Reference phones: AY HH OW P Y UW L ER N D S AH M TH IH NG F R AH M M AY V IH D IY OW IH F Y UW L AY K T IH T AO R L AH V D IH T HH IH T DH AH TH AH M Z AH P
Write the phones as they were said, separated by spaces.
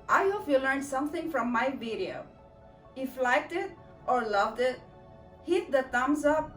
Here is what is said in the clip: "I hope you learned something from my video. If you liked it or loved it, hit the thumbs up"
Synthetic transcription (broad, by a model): AY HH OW F Y UW L ER N D S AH M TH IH NG F R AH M M AY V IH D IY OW IH F L AY K T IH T AO R L AH V D IH T HH IH T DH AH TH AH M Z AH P